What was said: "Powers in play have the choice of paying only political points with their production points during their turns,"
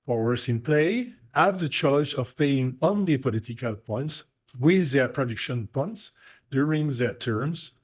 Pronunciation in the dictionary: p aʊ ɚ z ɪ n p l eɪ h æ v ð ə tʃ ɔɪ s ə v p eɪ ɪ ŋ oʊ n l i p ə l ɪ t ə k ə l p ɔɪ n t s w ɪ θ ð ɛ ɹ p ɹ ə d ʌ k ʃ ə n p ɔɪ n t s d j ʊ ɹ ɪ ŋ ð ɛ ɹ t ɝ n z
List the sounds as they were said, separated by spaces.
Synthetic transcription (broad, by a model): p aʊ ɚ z ɪ n p l eɪ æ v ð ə tʃ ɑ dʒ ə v p eɪ ɪ ŋ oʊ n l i p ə l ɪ t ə k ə l p ɔɪ n t s w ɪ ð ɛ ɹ p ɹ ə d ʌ k ʃ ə n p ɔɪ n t s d j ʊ ɹ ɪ ŋ ð ɛ ɹ t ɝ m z